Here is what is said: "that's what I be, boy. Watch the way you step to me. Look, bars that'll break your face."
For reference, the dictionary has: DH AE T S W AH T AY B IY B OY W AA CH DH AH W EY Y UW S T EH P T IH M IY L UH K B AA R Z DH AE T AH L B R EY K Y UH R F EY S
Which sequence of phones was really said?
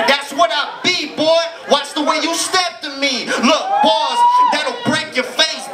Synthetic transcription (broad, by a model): DH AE T S W AH T AY B IY B OY W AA S DH AH W EY Y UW S T EH P T IH M IY L UH K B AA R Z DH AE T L B R EY K Y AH R F EY S